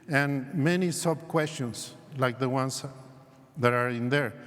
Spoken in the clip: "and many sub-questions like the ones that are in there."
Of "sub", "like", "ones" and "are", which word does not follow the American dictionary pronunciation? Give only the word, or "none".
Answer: ones